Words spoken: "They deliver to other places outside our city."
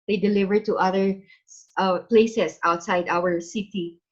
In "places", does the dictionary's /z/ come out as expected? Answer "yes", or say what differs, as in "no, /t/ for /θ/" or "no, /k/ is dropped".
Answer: no, /s/ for /z/